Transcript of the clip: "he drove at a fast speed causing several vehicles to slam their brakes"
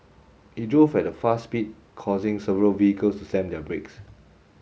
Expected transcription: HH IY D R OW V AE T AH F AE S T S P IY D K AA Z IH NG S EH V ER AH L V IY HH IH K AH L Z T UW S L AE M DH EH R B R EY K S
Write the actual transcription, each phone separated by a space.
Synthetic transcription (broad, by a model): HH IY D R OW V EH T AH F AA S S P IY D K AA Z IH NG S EH V ER AH L V IY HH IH K AH L S T UW S EH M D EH B R EY K S